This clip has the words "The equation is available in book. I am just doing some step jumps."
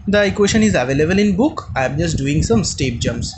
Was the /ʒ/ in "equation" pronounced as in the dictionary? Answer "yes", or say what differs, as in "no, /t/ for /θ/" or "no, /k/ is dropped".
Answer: no, /ʃ/ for /ʒ/